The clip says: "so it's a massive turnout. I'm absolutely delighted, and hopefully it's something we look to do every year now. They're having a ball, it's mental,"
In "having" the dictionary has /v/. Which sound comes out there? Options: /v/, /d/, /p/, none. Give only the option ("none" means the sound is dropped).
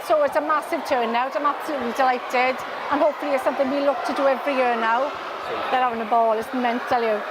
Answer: none